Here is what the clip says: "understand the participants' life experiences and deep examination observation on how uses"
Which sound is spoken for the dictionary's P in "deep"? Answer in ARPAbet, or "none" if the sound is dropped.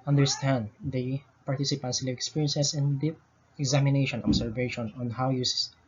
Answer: none